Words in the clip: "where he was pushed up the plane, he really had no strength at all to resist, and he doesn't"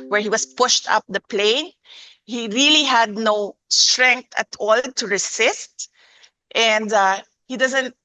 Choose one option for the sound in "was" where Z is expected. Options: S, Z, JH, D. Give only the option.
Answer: S